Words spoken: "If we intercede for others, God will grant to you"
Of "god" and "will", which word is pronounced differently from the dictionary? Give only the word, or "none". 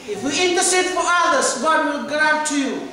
none